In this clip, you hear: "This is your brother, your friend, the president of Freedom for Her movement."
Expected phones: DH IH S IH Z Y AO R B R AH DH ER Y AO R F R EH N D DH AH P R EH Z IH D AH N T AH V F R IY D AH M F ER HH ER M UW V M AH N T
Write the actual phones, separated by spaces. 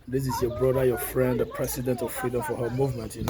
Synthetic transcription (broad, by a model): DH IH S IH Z Y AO B R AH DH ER Y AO F R EH N D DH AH P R EH S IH D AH N T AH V F R IY D AH M F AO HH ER M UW V M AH N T